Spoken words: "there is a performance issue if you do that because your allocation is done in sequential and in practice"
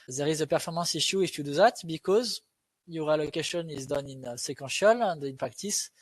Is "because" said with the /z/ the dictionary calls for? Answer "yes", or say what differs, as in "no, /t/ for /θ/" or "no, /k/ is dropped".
yes